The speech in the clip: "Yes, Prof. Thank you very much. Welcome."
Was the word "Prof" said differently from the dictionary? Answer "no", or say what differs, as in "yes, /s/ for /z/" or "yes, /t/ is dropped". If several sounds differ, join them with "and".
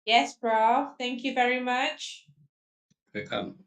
yes, /b/ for /p/